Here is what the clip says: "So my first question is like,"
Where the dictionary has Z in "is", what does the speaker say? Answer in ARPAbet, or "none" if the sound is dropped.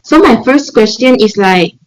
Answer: S